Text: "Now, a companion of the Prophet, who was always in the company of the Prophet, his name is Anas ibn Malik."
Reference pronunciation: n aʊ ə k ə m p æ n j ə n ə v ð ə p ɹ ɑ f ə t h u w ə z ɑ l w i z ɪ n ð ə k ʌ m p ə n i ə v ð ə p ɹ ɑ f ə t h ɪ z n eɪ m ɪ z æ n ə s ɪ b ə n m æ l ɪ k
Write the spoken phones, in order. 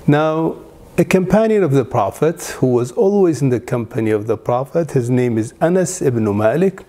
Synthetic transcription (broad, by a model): n aʊ ə k ə m p æ n j ə n ə v ð ə p ɹ ɑ f ə t h u w ə z ɑ l w i z ɪ n ð ə k ʌ m p ə n i ə v ð ə p ɹ ɑ f ə t h ɪ z n eɪ m ɪ z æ n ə s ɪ b n m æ l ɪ k